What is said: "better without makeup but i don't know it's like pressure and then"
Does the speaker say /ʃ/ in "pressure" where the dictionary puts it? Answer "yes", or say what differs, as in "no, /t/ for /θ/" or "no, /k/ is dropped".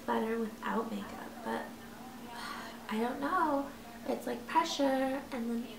yes